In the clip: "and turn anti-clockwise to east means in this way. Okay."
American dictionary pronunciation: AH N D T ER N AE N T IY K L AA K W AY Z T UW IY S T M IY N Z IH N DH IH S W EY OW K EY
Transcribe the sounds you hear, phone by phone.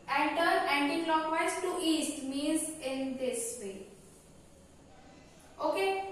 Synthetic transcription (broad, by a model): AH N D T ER AE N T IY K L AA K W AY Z T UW IY S T M IY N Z IH N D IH S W EY OW K EY